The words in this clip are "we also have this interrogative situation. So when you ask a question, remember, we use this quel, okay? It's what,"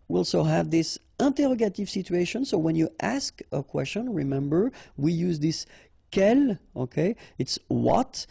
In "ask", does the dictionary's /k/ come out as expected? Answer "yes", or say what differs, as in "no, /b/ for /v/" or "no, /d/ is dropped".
yes